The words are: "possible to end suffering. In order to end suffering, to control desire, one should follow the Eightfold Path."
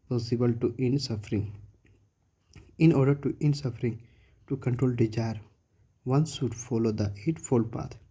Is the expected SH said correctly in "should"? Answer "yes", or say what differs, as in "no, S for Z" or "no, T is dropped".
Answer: no, S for SH